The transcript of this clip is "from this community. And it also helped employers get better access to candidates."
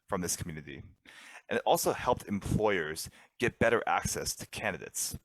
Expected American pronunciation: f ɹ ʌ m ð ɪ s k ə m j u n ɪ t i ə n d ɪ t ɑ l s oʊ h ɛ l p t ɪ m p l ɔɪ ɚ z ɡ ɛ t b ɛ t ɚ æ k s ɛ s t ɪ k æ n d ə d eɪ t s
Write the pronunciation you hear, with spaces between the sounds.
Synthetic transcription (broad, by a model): f ɹ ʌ m ð ɪ s k m j u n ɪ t i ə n ɪ t ɑ l s oʊ h ɛ l p t ɪ m p l ɔɪ ɚ z ɡ ɛ t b ɛ t ɚ æ k s ɛ s t ɪ k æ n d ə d eɪ t s